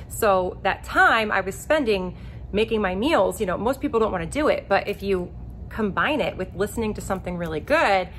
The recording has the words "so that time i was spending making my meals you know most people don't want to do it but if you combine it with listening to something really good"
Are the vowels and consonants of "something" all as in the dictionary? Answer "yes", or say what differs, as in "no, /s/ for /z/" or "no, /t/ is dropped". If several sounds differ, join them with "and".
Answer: yes